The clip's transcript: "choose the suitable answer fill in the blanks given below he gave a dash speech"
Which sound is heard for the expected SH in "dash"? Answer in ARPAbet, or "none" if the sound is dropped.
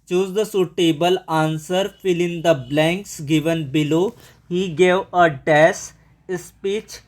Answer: S